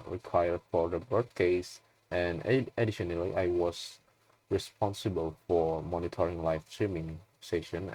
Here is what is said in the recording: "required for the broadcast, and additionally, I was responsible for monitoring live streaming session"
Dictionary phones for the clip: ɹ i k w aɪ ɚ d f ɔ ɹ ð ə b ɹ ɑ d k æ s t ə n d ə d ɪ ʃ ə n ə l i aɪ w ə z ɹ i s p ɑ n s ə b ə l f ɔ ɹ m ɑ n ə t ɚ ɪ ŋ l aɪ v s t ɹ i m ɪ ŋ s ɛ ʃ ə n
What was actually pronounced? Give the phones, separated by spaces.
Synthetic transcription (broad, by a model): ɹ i k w aɪ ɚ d f ɔ ɹ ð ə b ɹ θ k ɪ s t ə n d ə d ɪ ʃ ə n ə l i aɪ w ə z ɹ i s p ɑ n s ə b ə l f ɔ ɹ m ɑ n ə t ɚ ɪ ŋ l aɪ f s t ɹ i m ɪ ŋ s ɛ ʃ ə n